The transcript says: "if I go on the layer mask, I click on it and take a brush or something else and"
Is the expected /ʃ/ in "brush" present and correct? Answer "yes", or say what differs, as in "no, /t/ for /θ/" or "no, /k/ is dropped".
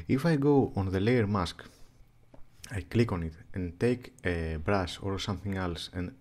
no, /s/ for /ʃ/